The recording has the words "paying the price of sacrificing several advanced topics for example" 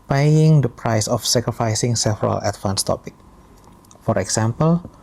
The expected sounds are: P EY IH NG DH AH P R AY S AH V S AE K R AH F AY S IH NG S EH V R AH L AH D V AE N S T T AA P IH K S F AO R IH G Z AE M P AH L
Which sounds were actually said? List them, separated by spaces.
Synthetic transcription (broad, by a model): P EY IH NG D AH P R AY S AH F S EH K R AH F AY S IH NG S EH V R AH L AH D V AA N S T T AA P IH K F AO R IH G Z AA M P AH L